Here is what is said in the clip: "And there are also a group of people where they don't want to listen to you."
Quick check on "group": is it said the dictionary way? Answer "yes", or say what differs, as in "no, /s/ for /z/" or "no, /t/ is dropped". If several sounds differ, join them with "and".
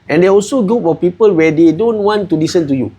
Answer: no, /ɹ/ is dropped and /f/ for /p/